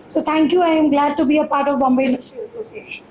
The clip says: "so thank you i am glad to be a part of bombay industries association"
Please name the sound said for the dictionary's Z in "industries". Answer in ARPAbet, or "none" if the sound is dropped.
none